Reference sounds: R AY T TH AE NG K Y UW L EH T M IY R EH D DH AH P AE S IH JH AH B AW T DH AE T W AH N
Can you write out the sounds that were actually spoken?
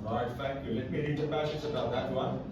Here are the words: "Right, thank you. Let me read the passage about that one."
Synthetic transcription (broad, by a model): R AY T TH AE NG K Y UW L EH T M IY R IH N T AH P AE SH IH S AH B AW T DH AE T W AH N